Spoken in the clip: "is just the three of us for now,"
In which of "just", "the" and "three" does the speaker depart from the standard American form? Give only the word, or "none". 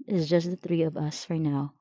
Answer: none